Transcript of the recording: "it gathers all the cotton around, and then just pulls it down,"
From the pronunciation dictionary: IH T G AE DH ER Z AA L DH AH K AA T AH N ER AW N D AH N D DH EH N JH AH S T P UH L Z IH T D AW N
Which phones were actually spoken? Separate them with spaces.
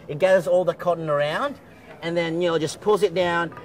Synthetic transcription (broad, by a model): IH T G AE DH ER Z AA L DH AH K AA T N ER AW N D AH N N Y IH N JH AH S P UH L Z IH T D AW N